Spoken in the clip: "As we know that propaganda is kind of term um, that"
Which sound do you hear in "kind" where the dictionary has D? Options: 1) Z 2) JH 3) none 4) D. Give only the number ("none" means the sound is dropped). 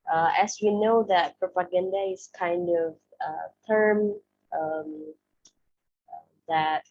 4